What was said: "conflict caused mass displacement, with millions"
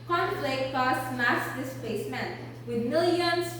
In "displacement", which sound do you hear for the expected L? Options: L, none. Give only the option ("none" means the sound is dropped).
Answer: none